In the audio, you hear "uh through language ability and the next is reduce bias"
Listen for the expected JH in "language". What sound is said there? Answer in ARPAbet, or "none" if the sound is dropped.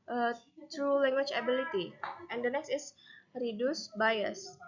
CH